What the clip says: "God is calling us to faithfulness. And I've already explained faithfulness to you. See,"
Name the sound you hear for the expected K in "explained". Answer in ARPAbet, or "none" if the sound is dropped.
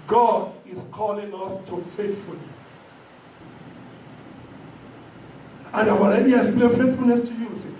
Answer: none